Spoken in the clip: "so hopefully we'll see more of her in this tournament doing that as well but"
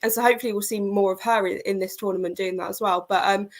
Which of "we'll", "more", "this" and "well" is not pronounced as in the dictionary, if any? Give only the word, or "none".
none